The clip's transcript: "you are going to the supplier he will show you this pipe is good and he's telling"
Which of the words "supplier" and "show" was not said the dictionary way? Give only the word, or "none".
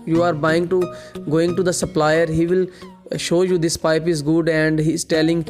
none